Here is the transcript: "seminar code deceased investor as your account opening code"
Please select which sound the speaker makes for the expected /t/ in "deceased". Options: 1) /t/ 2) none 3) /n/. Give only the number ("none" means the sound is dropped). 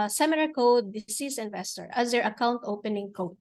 2